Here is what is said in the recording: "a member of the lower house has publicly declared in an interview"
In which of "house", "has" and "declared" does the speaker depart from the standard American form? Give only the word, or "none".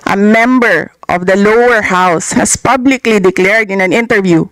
has